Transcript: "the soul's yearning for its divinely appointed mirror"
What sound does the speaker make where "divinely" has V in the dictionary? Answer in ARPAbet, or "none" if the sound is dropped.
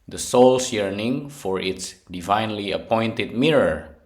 V